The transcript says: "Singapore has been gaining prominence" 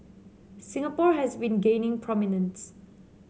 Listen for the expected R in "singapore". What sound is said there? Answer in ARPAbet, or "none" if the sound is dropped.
R